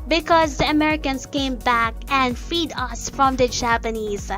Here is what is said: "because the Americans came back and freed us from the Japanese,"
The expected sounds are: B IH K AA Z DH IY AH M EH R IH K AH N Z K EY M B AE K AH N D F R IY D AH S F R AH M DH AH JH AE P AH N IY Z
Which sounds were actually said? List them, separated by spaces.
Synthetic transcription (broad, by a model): B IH K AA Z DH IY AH M EH R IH K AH N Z K EY M B AE K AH N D F IY D AH S F R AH M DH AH JH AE P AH N IY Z